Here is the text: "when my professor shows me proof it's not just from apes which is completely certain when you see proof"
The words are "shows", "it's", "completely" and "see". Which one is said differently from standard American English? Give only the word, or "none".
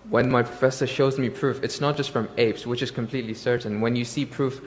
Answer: none